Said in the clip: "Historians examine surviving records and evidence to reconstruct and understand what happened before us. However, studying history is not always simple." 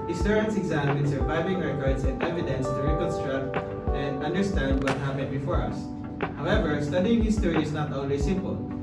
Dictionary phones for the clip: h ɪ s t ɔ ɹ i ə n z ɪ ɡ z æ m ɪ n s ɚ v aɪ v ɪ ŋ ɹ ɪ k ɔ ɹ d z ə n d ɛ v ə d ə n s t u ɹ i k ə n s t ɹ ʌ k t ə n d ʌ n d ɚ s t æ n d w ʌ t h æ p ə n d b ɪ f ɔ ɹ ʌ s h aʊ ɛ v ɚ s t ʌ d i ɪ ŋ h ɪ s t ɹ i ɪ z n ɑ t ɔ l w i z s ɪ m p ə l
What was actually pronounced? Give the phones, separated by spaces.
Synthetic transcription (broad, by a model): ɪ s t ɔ ɹ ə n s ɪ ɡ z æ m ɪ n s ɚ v aɪ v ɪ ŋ ɹ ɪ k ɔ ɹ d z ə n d ɛ v ə d ə n s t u ɹ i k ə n s t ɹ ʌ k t ə n d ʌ n d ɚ s t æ n d w ʌ t h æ p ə n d b ɪ f ɔ ɹ ʌ s h aʊ ɛ v ɚ s t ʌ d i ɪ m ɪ s t ɹ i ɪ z n ɑ t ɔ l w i s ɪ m p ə l